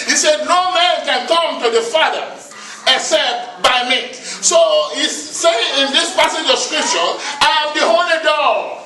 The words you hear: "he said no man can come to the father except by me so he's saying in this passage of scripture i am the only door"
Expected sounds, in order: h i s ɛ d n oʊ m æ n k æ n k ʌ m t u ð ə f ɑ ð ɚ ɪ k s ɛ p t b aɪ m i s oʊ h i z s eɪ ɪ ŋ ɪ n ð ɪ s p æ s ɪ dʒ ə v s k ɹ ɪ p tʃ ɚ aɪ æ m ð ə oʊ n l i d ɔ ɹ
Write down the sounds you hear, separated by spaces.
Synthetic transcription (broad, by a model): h i s ɛ d n oʊ m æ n k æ n k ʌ m t u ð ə f ɑ ð ɚ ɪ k s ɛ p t b aɪ m i s oʊ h i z s eɪ ɪ ŋ ɪ n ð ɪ s p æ s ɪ dʒ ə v s k ɹ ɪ p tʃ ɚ aɪ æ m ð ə oʊ l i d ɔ